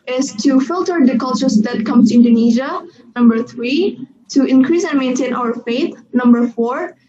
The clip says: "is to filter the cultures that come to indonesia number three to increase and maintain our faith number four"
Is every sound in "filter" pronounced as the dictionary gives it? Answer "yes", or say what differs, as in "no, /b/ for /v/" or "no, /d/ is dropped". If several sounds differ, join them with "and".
yes